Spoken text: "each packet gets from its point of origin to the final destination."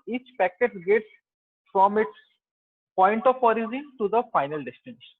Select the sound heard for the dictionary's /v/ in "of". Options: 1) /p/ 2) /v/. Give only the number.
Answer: 1